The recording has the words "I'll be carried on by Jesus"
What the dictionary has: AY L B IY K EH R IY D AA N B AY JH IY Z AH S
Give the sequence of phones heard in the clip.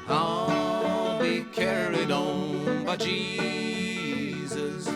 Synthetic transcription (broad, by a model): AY B IY K EH R IY D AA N B AY JH IY Z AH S